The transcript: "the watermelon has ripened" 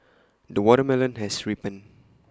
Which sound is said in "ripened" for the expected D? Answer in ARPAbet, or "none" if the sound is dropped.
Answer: none